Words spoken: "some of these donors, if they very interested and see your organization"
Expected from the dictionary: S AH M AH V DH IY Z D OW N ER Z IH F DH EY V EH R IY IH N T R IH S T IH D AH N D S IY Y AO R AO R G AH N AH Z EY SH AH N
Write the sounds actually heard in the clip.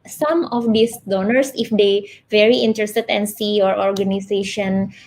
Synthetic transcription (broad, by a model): S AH M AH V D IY S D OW N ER S IH F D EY V EH R IY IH N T R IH S T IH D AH N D S IY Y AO R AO R G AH N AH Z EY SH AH N